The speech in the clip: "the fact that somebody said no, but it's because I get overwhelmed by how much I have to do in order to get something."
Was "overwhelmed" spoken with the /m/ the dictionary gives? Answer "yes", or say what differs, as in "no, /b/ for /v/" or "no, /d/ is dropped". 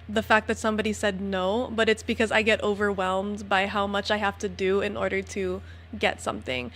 yes